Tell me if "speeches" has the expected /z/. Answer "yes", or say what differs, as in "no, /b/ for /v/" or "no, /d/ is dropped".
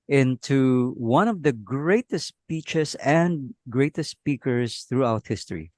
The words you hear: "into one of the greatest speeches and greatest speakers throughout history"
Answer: no, /s/ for /z/